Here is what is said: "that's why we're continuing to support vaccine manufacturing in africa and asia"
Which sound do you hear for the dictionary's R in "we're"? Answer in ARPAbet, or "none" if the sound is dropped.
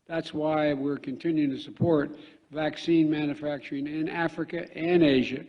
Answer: R